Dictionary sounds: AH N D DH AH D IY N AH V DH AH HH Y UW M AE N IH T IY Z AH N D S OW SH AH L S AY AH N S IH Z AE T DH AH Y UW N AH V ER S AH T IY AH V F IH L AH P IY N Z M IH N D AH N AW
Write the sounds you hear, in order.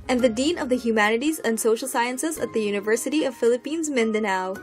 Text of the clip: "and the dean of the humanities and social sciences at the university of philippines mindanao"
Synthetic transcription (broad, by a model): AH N DH AH D IY N AH V DH AH HH Y UW M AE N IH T IY Z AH N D S OW SH L S AY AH N S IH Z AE T DH AH Y UW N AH V ER S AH T IY AH V F IH L AH P IY N Z M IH N D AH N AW